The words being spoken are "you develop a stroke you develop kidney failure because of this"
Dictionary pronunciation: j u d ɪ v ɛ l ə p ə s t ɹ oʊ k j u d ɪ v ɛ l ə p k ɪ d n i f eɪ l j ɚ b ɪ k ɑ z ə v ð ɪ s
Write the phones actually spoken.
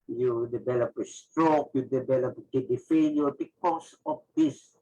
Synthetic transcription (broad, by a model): j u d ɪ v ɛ l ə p ə s t ɹ oʊ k j u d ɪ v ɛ l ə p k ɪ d i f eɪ n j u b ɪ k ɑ s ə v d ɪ s